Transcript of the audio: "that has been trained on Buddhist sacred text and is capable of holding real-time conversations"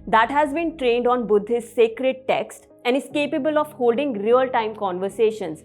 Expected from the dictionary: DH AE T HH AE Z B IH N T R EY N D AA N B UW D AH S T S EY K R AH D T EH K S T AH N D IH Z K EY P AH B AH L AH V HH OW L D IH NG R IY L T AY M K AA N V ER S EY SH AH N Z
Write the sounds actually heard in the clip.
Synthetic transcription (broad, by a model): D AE T HH AE Z B IH N T R EY N D AA N B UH D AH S S EY K R AH D T EH K S T AH N D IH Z K EY P AH B AH L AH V HH OW L D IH NG R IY L T AY M K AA N V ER S EY SH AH N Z